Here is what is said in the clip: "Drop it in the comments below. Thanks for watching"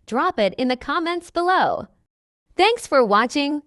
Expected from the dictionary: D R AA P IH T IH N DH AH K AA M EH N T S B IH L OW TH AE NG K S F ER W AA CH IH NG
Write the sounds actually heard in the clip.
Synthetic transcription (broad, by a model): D R AA P IH T IH N DH AH K AA M EH N T S B IH L OW TH AE NG K S F ER W AA CH IH NG